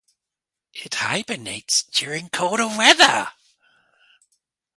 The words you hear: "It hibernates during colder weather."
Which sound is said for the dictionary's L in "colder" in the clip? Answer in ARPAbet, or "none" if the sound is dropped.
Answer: none